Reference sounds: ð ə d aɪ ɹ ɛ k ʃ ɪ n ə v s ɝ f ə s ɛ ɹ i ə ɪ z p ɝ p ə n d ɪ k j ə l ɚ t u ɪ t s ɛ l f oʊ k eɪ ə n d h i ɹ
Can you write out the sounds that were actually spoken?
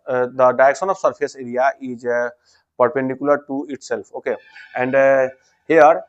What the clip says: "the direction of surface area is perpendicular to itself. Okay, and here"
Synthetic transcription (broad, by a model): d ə d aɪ ɛ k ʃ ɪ n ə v s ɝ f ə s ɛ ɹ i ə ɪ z p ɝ p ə n d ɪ k j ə l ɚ t u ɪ t s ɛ l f oʊ k eɪ ə n d h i ɹ